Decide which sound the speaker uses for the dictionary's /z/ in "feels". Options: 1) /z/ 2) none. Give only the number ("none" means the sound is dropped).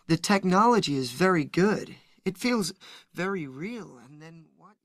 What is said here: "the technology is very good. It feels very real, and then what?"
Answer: 1